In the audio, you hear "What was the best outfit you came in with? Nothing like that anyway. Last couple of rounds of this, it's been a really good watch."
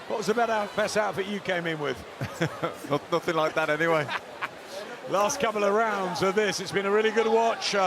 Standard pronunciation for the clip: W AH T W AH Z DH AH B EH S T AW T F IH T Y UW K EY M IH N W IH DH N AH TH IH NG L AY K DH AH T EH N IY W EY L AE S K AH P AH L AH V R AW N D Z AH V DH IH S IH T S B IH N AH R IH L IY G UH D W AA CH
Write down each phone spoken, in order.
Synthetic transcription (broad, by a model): W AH T W AH Z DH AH B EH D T AW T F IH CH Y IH K EY M IH N W IH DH N AH TH IH NG L AY K DH AH T EH N IY W EY L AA S K AH P L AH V R AW N D Z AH DH IH S IH T S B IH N AH R IH L IY G UH D W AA CH